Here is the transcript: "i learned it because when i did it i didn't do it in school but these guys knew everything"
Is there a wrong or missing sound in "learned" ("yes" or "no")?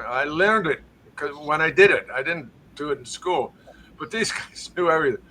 no